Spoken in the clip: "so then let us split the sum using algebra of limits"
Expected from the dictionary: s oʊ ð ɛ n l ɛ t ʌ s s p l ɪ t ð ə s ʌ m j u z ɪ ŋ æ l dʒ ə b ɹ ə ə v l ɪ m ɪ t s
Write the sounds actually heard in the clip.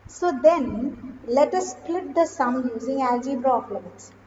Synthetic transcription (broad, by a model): s oʊ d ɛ n l ɛ t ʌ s s p l ɪ t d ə s ʌ m j u z ɪ ŋ æ l dʒ ə b ɹ ə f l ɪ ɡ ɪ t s